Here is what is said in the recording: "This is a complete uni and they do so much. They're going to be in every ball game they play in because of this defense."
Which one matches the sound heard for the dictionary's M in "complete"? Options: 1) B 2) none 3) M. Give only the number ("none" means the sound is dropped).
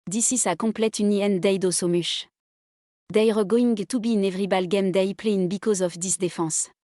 2